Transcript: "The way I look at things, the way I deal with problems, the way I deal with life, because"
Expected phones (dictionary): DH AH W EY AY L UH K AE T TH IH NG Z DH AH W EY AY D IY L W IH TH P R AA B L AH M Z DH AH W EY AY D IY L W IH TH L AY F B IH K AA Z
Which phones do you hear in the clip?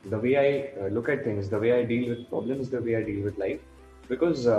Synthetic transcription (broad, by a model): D AH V EY AY L UH K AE T T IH NG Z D AH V EY AY D IY L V IH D P R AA B L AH M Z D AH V EY AY D IY L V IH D L AY F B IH K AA Z